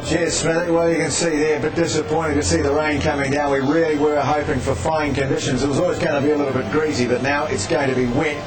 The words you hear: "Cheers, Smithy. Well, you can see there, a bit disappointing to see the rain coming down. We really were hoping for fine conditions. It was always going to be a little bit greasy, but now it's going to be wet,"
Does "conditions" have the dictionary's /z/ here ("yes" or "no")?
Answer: yes